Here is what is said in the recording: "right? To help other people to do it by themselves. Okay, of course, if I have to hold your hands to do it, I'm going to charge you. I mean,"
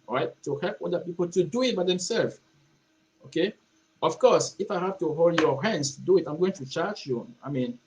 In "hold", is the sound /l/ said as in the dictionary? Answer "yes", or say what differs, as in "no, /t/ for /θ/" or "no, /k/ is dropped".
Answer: yes